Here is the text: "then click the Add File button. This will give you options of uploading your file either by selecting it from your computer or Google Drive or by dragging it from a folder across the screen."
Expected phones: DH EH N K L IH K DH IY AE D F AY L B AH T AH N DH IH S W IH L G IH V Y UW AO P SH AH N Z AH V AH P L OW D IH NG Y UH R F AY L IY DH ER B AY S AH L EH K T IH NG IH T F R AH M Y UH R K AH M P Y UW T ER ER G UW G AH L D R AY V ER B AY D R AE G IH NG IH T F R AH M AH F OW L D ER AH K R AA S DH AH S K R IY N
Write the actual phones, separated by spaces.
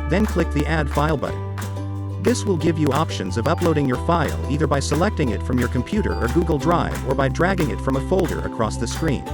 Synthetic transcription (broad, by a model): DH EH N K L IH K DH IY AE D F AY L B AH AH DH IH S W IH L G IH V Y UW AO P SH AH N Z AH V AH P L OW D IH NG Y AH R F AY L IY DH ER B AY S AH L EH K T IH NG IH T F R AH M Y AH R K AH M P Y UW T ER ER G UW G L D R AY V ER B AY D R AE G IH NG IH T F R AH M AH F OW L D ER AH K R AA S DH AH S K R IY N